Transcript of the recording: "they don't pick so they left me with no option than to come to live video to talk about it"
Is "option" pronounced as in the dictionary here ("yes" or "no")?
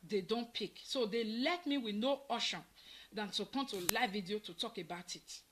no